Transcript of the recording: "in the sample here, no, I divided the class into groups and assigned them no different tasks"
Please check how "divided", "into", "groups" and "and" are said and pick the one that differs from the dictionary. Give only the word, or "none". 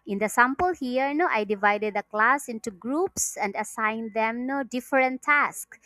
none